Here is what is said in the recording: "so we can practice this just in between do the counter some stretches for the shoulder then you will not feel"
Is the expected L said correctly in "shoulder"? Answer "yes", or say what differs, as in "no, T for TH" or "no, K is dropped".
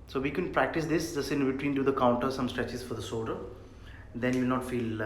no, L is dropped